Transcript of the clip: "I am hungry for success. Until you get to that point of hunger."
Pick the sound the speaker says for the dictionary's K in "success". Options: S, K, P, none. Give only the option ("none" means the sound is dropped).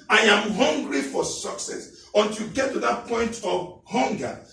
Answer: K